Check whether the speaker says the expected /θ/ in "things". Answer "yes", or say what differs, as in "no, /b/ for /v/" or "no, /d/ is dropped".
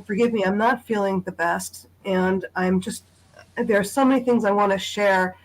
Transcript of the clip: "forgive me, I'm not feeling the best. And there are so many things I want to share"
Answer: yes